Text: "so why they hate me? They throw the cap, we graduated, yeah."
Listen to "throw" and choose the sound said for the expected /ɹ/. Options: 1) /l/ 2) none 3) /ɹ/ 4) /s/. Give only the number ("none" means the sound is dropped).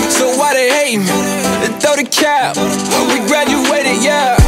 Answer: 2